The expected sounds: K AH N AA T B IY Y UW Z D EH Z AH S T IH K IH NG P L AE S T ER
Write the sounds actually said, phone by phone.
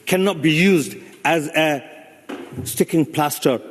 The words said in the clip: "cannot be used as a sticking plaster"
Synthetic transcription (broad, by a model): K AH N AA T B IY Y UW Z D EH Z AH S T IH K IH NG P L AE S T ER